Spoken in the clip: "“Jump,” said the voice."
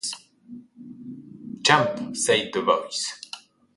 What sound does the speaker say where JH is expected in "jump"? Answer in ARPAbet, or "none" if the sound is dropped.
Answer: CH